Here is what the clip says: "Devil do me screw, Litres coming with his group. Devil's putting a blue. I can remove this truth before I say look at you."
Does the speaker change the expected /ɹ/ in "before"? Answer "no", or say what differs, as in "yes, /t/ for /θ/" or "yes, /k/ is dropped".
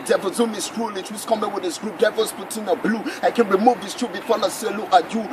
yes, /l/ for /ɹ/